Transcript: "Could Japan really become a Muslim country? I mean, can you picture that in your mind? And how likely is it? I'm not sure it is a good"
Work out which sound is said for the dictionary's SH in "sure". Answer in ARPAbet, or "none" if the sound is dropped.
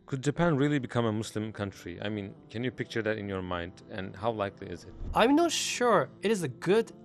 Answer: SH